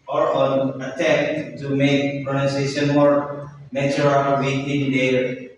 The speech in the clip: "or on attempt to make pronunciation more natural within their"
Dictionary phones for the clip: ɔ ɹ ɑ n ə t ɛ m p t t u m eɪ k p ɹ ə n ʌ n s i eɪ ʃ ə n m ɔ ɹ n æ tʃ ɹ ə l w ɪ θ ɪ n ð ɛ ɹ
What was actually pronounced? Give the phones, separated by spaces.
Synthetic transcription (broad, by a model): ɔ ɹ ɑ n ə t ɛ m t t u m eɪ k p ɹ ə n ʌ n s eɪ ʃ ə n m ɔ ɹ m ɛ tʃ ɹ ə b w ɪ t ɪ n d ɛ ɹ